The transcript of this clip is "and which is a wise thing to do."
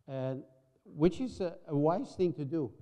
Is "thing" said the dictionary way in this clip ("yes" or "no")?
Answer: yes